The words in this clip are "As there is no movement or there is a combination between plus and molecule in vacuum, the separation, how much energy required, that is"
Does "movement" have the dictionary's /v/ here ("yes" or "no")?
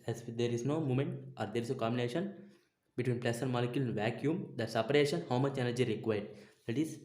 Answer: no